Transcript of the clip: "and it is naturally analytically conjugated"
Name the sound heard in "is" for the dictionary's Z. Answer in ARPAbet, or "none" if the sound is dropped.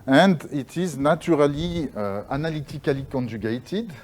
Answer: Z